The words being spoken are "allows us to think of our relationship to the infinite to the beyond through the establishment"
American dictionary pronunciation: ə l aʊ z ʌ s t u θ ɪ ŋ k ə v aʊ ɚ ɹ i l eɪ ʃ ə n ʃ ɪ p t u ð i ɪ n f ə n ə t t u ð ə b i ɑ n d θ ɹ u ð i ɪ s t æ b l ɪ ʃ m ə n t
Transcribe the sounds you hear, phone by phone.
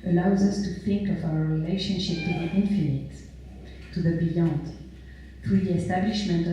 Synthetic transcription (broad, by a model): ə l aʊ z ʌ s t u θ ɪ ŋ k ə v aʊ ɚ ɹ i l eɪ ʃ ə n ʃ ɪ p t u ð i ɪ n f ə n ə t t u ð ə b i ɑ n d θ ɹ u ð i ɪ s t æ b l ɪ ʃ m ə n t